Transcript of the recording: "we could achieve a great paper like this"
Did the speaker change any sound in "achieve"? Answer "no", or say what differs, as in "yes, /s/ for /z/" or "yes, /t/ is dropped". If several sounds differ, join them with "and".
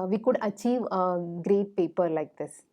no